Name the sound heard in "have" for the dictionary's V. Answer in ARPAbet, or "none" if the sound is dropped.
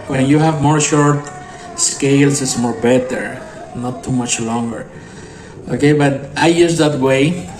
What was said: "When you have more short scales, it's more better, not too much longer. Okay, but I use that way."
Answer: V